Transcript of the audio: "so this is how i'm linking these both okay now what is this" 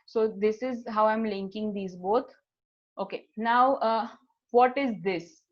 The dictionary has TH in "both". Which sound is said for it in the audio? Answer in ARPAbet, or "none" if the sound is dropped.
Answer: T